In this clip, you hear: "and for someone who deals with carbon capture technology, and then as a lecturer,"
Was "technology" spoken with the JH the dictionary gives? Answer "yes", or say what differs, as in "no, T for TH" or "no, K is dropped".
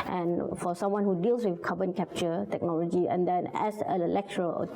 yes